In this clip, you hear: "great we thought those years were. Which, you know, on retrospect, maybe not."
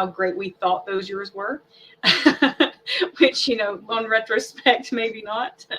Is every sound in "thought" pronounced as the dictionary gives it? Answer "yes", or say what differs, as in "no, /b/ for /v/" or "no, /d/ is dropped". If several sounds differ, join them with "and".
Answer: yes